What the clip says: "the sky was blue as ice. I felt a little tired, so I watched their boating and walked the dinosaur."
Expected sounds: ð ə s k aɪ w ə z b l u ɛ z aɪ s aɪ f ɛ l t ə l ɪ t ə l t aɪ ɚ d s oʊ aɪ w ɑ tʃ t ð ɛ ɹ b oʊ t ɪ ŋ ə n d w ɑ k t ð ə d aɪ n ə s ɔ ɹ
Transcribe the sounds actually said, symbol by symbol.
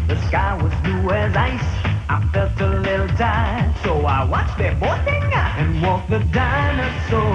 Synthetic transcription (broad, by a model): ð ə s k aɪ w ə z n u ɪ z aɪ s aɪ f ɛ l t ə l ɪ t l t aɪ s oʊ aɪ w ɑ tʃ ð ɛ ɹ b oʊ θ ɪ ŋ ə n w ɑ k ð ə d aɪ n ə s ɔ